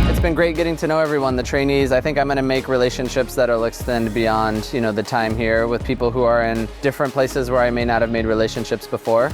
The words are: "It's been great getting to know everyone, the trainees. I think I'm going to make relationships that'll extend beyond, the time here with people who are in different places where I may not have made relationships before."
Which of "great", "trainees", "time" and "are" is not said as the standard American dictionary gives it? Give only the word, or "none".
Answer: none